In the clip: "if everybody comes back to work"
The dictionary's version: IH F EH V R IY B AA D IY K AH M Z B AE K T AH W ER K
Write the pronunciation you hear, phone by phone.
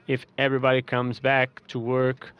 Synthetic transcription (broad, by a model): IH F EH V R IY B AA D IY K AH M Z B AE K T AH W ER K